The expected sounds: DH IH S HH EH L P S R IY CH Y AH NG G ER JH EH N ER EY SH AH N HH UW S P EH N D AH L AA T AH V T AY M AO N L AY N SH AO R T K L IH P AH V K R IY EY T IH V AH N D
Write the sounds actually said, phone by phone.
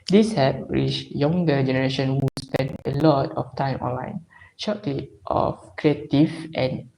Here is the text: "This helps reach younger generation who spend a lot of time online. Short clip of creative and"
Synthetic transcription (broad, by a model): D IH S HH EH P R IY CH Y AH NG G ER JH EH N ER EY SH AH N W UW S P EH N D AH L AA T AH F T AY M AO N L AY N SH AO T L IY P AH F K R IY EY T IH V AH N